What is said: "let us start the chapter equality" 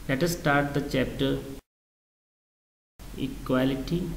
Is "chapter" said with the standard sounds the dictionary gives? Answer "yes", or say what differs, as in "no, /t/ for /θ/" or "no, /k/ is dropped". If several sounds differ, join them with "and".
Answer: yes